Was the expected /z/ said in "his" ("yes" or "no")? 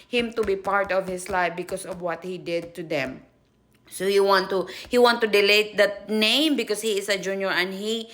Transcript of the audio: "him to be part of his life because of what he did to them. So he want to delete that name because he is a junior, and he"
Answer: no